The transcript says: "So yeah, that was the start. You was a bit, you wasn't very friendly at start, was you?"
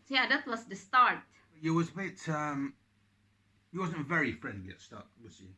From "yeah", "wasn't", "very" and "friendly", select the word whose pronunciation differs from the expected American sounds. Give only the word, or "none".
none